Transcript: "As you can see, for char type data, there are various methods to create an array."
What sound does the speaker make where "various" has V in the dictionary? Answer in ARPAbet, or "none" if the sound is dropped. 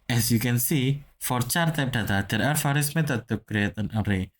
F